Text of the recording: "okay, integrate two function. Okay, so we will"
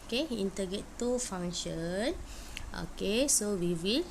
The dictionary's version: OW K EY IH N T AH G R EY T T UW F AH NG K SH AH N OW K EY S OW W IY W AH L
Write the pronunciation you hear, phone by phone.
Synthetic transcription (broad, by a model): K EY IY N T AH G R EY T T UW F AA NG SH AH N OW K EY S OW W IY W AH L